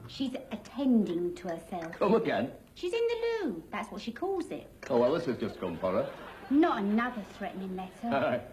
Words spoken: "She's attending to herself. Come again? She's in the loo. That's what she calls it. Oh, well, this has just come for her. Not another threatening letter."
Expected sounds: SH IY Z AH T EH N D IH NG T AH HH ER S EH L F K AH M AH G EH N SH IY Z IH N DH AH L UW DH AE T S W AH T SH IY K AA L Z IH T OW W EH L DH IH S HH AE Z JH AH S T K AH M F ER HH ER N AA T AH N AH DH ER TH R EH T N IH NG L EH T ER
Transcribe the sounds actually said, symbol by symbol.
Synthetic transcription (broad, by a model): SH IY Z AH T EH N D IH NG T AH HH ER S EH L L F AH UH AH G EH N SH IY Z IH N DH AH L UW DH AE T S W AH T SH IY K AA L Z IH T OW W EH L DH IH S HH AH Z JH AH S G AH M F ER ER N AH T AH N AH DH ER TH R EH T N IH NG L EH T ER